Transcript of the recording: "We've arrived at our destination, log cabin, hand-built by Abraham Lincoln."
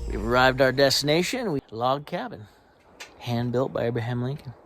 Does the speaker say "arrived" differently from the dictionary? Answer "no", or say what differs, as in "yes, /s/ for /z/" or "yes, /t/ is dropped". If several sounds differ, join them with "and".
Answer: no